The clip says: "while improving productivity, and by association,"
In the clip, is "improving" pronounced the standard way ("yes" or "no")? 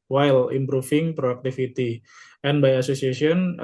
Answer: no